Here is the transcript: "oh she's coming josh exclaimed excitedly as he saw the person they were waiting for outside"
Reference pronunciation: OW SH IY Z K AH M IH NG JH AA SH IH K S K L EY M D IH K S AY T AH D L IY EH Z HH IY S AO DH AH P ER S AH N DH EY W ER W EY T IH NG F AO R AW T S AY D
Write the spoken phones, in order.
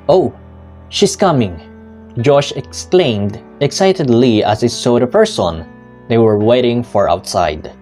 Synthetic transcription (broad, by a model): OW SH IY S K AH M IH NG JH AA SH IH K S K L EY M D IH K S AY T AH D L IY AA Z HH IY S AO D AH P ER S AH N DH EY W ER W EY T IH NG F AO R AW T S AY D